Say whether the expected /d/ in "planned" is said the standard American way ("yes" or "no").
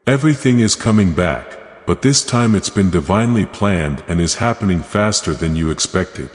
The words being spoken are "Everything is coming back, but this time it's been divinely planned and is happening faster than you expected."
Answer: yes